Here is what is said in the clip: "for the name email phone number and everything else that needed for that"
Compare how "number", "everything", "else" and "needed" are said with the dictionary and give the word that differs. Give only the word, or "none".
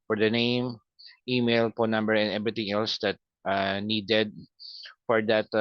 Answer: everything